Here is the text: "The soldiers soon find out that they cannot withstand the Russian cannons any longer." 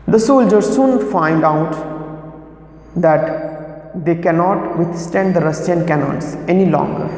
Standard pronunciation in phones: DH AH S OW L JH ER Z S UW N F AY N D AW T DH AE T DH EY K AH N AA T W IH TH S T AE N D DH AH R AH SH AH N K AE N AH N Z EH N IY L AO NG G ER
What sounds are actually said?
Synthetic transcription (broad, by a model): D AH S OW L JH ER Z S UW N F AY N D AW T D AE T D EY K AH N AA T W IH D S T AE N D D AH R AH S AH N K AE N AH N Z EH N IY L AO NG G ER